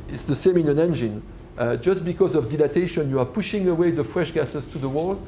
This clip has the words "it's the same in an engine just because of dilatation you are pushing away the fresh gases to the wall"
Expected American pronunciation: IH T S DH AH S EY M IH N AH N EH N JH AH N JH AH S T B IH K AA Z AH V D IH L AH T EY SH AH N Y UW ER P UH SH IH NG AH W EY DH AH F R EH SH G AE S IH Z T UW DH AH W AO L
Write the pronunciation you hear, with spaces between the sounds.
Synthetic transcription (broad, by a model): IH T S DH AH S EY M IH N AH N EH N JH AH N JH AH S T B IH K AA Z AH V D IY L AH T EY SH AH N Y UW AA P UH SH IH NG AH W EY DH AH F R EH SH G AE S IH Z T UW DH AH W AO L